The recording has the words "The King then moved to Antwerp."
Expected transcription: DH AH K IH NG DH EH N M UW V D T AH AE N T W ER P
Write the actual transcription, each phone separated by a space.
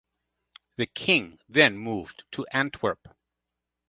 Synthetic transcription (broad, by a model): DH AH K IH NG DH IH N M UW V T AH AE N T W ER P